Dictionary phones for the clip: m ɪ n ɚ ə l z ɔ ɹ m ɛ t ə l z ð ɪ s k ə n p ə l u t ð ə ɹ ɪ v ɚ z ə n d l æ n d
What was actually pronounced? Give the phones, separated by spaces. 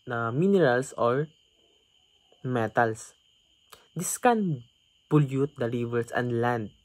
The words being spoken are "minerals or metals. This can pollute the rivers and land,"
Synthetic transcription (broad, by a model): m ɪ n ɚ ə l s ɔ ɹ m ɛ t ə l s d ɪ s k ə n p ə l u t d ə ɹ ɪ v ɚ s ə n d l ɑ n d